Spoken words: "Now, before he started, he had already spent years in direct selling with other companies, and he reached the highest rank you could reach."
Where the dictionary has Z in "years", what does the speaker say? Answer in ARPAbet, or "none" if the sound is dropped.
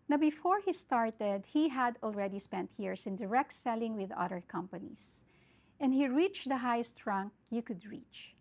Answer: S